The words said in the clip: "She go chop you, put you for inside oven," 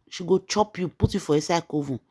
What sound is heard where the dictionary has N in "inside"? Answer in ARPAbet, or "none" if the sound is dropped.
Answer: none